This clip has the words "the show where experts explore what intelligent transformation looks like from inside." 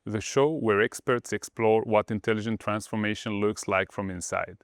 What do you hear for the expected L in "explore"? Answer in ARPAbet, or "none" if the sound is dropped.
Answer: L